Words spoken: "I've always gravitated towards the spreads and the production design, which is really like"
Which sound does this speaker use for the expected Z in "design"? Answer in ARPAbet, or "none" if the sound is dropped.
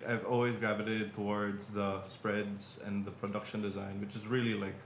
Z